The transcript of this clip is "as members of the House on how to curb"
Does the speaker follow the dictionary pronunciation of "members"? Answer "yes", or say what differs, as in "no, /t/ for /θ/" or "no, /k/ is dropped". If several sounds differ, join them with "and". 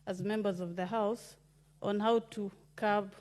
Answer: yes